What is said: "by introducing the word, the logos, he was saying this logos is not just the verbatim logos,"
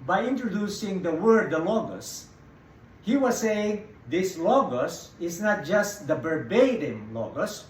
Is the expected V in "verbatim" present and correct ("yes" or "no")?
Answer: no